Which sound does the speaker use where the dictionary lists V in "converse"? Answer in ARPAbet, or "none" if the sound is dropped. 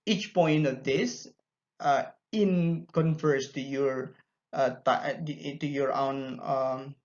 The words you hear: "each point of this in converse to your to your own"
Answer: F